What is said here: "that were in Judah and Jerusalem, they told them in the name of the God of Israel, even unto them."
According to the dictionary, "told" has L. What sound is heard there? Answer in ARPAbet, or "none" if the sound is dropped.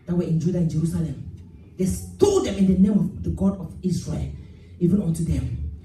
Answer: none